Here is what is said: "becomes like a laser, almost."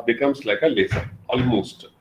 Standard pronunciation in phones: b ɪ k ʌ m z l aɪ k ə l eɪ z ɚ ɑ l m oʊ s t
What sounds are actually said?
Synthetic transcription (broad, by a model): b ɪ k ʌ m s l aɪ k ə l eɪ s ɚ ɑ l m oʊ s t